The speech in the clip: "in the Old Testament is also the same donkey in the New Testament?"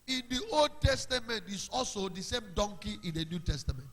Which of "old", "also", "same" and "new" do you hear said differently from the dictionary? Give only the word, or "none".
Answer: none